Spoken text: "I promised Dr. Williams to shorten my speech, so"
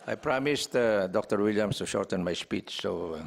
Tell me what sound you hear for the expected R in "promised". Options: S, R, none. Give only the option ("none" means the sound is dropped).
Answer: R